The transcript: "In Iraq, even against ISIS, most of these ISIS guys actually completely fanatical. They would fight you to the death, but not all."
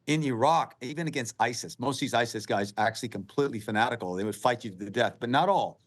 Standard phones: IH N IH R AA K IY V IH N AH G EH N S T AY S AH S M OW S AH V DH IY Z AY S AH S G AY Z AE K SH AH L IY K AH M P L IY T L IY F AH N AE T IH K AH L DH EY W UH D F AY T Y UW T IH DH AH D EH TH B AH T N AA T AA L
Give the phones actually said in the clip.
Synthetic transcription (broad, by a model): IH N IH R AA K IY V IH N AH G EH N S T AY S AH S M OW S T DH IY Z AY S AH S G AY Z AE K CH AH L IY K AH M P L IY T L IY F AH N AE T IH K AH L DH EY W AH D F AY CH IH T IH DH AH D EH TH B AH T N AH T AA L